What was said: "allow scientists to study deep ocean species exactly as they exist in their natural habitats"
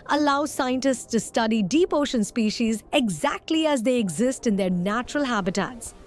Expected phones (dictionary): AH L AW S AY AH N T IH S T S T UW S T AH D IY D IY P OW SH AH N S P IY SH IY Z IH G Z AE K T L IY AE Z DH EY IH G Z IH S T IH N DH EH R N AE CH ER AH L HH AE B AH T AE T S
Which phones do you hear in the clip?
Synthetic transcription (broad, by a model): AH L AW S AY AH N T IH S T S T UW S T AH D IY D IY P OW SH AH N S P IY SH IY Z IH G Z AE K T L IY AE Z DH EY IH G Z IH S T IH N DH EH R N AE CH ER AH L HH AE B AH T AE T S